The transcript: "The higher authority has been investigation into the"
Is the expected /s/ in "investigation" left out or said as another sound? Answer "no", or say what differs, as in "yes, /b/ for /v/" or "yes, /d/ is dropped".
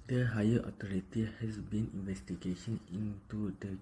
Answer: no